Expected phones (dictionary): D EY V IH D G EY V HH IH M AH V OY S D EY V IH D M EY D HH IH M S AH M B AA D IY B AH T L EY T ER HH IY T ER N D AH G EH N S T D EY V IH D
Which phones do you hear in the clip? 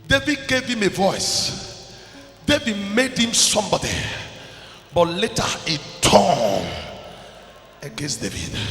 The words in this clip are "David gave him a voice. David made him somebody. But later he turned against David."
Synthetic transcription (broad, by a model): D EY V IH D G EY V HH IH M AH V OY S D EY V IH D M EY D HH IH M S AH M B AA D IY B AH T L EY T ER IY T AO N AH G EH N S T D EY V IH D